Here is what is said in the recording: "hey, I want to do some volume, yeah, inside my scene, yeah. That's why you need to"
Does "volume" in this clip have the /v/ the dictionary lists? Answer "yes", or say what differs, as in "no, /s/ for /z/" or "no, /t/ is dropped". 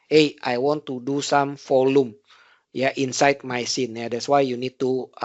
no, /f/ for /v/